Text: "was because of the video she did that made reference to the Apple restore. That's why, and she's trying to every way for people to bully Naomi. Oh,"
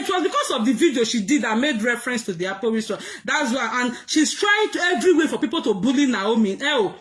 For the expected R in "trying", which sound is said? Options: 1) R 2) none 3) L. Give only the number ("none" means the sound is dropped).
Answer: 1